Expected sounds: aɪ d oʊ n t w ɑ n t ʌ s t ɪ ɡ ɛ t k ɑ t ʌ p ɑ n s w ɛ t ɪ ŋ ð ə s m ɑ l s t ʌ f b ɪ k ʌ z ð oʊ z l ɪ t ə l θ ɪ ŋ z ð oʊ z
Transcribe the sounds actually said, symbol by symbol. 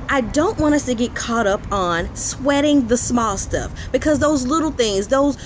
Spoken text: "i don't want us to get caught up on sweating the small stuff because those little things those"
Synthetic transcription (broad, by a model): aɪ d oʊ n t w ɑ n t ʌ s t ɪ ɡ ɛ t k ɑ t ʌ p n s w ɛ t ɪ ŋ ð ə s m ɑ l s t ʌ f b ɪ k ʌ z ð oʊ z l ɪ t l θ ɪ ŋ z ð oʊ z